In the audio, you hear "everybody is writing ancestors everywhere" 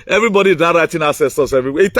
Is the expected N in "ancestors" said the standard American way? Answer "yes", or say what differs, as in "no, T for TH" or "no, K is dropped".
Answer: no, N is dropped